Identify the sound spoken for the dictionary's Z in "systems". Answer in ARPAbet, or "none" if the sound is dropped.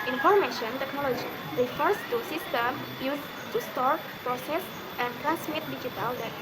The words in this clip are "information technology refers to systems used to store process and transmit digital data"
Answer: none